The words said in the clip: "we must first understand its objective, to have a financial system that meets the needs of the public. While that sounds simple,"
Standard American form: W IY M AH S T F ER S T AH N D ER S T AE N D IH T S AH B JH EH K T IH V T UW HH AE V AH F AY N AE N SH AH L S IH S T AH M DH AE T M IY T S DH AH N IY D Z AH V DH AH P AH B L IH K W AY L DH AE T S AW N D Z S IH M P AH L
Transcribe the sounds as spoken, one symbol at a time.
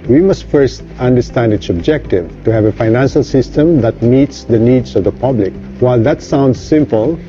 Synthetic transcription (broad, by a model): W IY M AH S T F ER S T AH N D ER S T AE N D IH T S AH B JH EH K T IH V T UW HH AE V AH F AY N AE N SH AH L S IH S T AH M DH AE T M IY T S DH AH N IY D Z AH V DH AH P AH B L IH K W AY L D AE T S AW N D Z S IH M P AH L